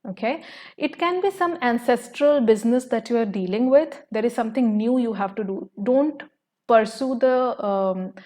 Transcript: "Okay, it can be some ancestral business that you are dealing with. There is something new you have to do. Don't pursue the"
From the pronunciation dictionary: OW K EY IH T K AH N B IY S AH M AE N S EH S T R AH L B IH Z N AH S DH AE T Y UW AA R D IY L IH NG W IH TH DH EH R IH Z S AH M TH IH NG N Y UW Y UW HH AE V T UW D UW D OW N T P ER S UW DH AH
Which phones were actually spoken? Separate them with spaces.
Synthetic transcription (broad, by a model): OW K EY IH T K AH N B IY S AH M AE N S EH S T R AH L B IH Z N AH S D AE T Y UW AA R D IY L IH NG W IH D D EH R IH Z S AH M T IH NG N Y UW Y UW HH AE V T UW D UW D OW N T P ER S UW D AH